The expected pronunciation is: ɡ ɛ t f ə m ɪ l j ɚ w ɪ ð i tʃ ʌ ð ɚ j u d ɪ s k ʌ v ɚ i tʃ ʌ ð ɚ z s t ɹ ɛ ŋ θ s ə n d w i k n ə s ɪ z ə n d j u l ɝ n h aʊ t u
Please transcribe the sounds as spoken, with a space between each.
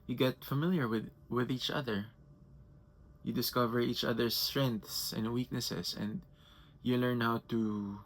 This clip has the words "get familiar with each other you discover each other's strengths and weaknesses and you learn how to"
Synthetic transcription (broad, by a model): ɡ ɛ t f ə m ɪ l j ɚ w ɪ ð i tʃ ʌ ð ɚ j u d ɪ s k ʌ v ɚ i tʃ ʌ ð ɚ s t ɹ ɛ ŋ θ s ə n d w i k n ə s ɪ s ə n d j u l ɝ n h aʊ t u